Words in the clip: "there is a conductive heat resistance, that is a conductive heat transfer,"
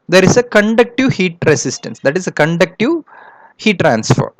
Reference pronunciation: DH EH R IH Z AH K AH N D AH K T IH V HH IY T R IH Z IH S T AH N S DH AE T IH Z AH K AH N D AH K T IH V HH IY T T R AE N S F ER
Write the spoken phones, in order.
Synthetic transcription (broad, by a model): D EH R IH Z AH K AH N D AH K T IH V HH IY T R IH S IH S T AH N S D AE T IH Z AH K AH N D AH K T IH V HH IY T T R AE N S F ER